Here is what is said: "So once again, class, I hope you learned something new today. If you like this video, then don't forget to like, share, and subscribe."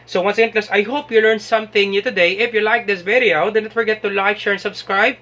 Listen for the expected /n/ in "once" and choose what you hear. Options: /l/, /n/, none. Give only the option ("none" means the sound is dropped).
/n/